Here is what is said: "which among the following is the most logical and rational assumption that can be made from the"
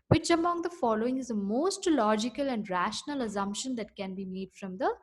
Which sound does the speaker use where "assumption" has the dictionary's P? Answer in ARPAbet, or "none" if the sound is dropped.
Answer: P